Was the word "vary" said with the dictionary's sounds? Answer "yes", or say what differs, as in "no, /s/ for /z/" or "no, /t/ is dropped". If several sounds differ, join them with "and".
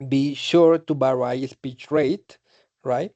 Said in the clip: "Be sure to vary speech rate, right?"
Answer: no, /b/ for /v/